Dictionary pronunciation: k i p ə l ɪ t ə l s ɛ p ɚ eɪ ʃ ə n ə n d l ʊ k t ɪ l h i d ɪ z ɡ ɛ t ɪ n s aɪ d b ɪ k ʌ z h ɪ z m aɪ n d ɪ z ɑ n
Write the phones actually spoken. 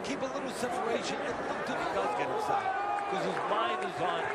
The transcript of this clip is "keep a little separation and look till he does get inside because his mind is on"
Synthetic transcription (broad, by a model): k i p ə l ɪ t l s ɛ p ɚ eɪ ʃ ə n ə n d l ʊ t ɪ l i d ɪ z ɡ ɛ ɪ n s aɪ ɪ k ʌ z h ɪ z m aɪ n ɪ z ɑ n